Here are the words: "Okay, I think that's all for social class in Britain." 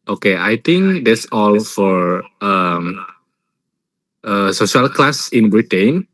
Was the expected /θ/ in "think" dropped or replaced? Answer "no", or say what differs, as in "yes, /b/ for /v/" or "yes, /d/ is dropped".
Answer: yes, /t/ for /θ/